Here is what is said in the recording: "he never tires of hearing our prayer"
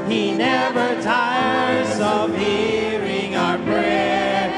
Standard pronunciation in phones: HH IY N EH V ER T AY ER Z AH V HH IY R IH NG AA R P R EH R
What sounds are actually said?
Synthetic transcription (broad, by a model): HH IY N EH V ER T AY ER Z AH V HH IY R IH NG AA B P R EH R